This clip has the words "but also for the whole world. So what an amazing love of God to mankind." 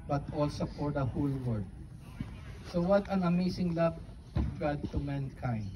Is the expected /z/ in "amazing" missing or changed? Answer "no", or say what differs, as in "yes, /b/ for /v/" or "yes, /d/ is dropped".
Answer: yes, /s/ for /z/